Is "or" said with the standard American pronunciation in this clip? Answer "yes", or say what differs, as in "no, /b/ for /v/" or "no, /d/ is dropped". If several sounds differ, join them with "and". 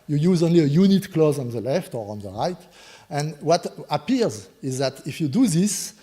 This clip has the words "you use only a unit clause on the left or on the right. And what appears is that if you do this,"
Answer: yes